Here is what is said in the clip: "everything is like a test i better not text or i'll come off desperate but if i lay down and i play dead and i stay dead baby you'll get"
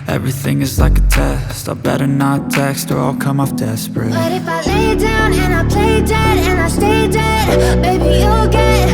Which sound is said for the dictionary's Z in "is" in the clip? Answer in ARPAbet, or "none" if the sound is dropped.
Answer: Z